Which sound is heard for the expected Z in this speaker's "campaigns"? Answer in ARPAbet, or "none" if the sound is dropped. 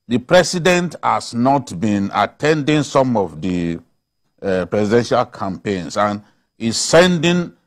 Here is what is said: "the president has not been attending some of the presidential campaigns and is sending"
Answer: S